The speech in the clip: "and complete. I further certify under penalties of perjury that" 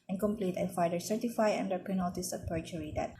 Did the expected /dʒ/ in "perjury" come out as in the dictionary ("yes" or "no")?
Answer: no